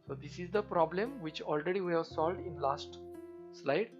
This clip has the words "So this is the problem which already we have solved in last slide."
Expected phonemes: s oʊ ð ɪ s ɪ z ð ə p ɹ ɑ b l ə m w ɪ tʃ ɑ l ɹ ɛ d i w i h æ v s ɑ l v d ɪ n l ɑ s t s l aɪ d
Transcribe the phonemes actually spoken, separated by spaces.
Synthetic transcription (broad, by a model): s oʊ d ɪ s ɪ z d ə p ɹ ɑ b l ə m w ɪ tʃ ɑ l ɹ ɛ d i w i h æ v s ɑ l v d ɪ n l ɑ s t s l aɪ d